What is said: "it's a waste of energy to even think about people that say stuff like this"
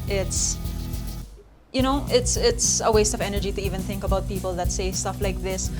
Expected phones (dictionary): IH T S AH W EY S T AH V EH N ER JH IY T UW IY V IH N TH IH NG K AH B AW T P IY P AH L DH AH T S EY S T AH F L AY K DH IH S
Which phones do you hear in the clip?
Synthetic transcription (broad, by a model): IH T S AH W EY S T AH V EH N ER JH IY T UW IY V IH N TH IH NG K AH B AW T P IY P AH L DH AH T S EY S T AH F L AY K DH IH S